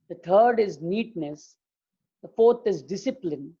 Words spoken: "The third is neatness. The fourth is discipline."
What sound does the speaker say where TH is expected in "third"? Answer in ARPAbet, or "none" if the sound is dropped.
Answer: T